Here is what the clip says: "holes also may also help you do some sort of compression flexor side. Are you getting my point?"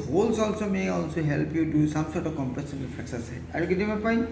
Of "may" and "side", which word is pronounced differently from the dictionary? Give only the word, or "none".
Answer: side